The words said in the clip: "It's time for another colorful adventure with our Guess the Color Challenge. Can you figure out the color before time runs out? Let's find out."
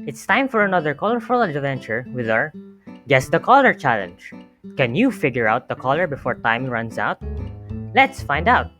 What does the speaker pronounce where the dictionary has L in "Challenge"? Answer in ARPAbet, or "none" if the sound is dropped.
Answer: L